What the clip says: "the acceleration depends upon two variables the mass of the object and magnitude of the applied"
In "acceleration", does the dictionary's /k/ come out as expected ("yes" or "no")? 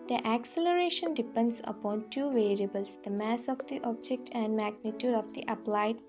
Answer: yes